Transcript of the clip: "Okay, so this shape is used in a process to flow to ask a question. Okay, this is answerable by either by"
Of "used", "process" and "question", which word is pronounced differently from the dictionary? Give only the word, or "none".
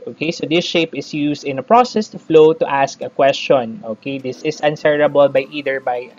used